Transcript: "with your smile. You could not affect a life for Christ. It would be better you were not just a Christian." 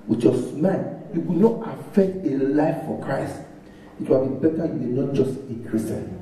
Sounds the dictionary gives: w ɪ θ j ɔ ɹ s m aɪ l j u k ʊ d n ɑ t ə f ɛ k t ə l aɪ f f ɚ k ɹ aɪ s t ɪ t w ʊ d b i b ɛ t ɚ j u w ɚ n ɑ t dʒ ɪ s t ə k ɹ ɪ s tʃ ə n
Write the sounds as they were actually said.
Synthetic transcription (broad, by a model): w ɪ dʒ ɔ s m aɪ n j u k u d n ɑ t ə f ɛ k t ə l aɪ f f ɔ k ɹ aɪ s t ɪ t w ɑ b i b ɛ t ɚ j u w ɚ n ɑ t dʒ ɪ s t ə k ɹ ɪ s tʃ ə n